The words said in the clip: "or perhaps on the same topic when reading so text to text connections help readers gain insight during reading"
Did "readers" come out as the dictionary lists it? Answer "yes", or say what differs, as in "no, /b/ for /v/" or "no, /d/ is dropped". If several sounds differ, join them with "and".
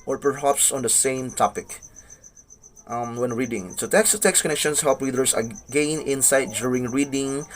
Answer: no, /w/ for /ɹ/ and /s/ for /z/